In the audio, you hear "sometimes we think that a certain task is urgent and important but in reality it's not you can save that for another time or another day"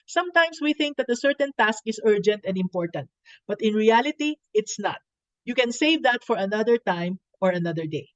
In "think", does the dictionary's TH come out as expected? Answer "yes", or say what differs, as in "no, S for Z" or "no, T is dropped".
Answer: yes